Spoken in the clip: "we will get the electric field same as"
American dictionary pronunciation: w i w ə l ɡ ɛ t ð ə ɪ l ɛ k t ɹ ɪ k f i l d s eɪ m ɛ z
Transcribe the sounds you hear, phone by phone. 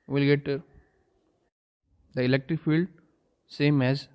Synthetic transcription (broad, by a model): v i l ɡ ɛ t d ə ɪ l ɛ k t ɹ ɪ k f i l d s eɪ m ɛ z